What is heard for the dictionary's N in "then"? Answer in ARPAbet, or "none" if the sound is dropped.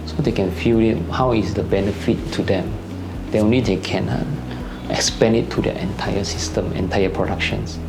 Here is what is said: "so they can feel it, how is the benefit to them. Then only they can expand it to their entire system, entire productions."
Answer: none